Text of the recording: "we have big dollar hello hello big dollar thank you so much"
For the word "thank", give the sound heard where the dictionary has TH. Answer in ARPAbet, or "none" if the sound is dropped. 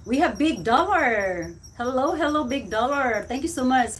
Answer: T